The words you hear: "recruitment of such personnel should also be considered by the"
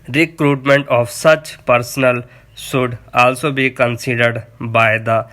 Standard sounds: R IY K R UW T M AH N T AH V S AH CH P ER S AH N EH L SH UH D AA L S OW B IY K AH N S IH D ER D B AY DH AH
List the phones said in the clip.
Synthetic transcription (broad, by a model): R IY K R UW T M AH N T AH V S AH CH P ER S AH N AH L S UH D AA L S OW B IY K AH N S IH D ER D B AY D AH